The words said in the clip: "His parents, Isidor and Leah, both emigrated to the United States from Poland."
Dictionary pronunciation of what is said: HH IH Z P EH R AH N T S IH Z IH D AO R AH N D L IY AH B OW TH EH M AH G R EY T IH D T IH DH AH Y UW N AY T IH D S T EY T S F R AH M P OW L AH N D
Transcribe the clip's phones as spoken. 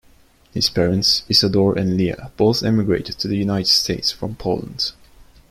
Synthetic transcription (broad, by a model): HH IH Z P EH R AH N T S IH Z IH D AO R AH N L IY AH B OW TH EH M AH G R EY T IH D T IH DH AH Y UW N AY T IH D S T EY T S F R AH M P OW L AH N D